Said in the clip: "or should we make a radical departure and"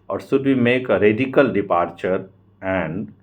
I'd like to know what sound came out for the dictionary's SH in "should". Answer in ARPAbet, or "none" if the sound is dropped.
S